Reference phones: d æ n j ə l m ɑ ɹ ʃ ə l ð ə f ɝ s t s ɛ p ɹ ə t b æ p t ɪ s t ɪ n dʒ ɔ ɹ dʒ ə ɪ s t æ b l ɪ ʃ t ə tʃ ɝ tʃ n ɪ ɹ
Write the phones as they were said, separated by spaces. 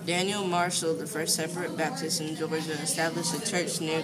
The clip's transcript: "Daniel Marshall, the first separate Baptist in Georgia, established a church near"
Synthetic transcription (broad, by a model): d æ n j l m ɑ ɹ ʃ l ð ə f ɝ s t s ɛ p ɹ ə t b æ p t ɪ s t ɪ n dʒ ɔ ɹ dʒ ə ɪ s t æ b l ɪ ʃ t ə tʃ ɝ tʃ n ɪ